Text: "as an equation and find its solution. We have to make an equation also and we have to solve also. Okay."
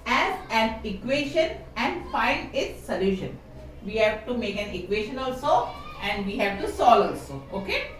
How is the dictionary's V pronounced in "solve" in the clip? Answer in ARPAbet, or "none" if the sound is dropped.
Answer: none